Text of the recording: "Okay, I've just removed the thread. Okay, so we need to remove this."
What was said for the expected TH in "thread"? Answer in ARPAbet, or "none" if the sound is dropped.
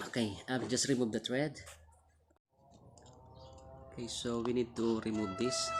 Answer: T